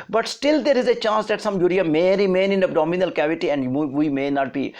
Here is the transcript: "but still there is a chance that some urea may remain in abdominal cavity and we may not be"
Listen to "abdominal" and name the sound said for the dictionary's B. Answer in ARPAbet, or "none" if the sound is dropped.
none